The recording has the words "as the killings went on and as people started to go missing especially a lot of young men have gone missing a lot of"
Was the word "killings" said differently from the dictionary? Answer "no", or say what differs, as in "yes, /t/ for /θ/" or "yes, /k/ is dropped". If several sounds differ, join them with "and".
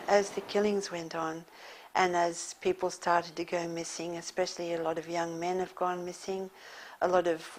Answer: no